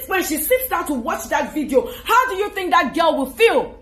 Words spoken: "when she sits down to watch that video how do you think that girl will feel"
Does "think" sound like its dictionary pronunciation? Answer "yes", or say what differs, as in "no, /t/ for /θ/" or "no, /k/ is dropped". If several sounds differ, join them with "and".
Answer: yes